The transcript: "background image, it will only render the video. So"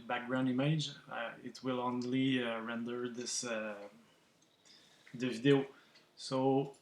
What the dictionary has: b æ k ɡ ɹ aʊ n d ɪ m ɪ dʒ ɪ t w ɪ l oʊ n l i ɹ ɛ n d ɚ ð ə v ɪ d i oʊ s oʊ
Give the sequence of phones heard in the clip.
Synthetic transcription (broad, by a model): b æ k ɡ ɹ aʊ n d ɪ m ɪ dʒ ɪ t w ɪ l oʊ n l i ɹ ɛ n d ɚ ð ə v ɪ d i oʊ s oʊ